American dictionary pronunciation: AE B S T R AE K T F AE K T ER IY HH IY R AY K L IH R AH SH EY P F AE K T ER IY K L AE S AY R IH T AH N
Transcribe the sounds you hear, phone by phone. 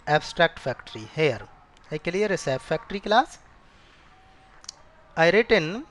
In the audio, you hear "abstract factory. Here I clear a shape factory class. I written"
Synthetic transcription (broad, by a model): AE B S T R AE K T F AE K T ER IY HH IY R AY K L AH R AH S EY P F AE K T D IY K L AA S AY R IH T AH N